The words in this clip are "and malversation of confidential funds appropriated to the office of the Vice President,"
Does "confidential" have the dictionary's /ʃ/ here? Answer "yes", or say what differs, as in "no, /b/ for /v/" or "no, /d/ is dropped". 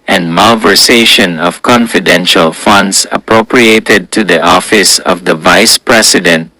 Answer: yes